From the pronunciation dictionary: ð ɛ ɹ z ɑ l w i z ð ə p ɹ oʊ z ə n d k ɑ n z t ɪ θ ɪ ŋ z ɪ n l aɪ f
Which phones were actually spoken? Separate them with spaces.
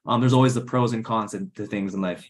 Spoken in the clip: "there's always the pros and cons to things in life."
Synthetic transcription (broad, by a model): ð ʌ ɹ z ɑ l w i z ð ə p ɹ oʊ z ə n k ɑ n s t ɪ θ ɪ ŋ z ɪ n l aɪ f